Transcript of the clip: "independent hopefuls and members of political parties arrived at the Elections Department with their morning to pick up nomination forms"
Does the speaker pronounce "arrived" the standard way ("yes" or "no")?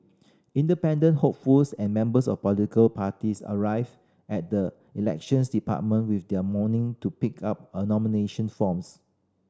no